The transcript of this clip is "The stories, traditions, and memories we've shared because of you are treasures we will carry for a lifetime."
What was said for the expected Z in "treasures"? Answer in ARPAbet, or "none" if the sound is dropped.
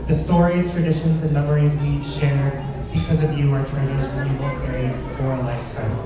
Z